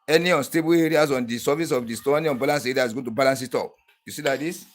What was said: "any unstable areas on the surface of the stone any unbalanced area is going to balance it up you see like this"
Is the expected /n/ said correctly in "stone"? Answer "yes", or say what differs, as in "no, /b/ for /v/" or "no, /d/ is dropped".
no, /n/ is dropped